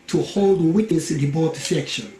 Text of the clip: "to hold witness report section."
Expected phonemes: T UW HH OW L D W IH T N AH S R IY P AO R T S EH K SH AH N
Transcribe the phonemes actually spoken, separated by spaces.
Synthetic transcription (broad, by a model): T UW HH OW L D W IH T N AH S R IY B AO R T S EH K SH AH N